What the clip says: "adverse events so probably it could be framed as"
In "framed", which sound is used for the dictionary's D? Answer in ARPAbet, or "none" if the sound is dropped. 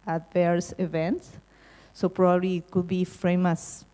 none